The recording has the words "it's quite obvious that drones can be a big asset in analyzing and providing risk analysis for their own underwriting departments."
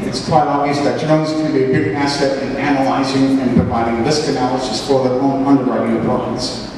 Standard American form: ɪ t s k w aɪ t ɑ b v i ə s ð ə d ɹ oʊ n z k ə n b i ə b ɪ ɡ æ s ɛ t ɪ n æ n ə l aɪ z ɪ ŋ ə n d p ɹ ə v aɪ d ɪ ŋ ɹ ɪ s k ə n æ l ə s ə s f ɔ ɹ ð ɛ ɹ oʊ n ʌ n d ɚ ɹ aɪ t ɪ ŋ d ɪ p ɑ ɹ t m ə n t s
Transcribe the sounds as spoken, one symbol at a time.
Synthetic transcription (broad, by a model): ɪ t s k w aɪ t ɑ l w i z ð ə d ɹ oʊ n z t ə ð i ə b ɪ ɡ æ s ɛ t ɪ n æ n ə l aɪ z ɪ ŋ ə n p ɹ ə v aɪ d ɪ ŋ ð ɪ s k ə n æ l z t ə s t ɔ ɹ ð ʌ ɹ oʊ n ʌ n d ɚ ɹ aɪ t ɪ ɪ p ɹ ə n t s